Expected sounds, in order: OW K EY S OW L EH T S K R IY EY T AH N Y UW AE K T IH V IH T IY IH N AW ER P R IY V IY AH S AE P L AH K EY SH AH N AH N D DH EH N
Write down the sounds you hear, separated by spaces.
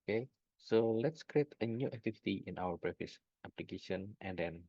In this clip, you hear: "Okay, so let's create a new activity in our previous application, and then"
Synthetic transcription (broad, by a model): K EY S OW L EH T S K R IY EY T AH N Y UW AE K T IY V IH T IY IH N AW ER B R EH F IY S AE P L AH K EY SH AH N AH N D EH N